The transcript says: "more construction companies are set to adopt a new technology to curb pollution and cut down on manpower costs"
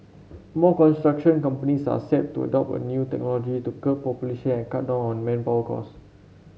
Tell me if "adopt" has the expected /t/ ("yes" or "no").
no